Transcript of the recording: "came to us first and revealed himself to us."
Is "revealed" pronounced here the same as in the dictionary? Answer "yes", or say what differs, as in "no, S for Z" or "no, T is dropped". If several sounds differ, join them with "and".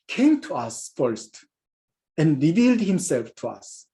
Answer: yes